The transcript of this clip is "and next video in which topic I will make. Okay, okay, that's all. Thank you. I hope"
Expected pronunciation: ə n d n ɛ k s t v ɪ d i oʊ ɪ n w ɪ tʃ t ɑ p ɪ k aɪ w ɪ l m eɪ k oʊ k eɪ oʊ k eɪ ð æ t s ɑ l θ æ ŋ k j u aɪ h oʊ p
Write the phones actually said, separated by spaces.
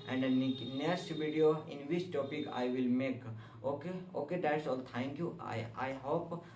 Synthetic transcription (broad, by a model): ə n d n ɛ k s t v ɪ d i oʊ ɪ n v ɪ tʃ t ɑ p ɪ k aɪ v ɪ l m eɪ k oʊ k eɪ oʊ k eɪ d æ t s ɑ l t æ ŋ k j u aɪ h oʊ p